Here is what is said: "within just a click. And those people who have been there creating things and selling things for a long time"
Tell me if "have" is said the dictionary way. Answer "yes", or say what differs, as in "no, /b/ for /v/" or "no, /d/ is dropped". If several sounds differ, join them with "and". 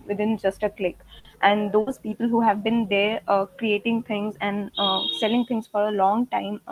yes